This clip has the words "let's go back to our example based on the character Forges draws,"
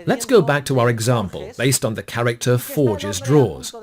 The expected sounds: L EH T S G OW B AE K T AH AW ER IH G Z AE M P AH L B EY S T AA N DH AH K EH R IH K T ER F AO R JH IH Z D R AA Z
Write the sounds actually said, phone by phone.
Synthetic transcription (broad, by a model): L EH T S G OW B AE K T AH AW ER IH G Z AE M P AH L B EY S T N DH AH K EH R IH K T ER F AO R JH IH Z D R AA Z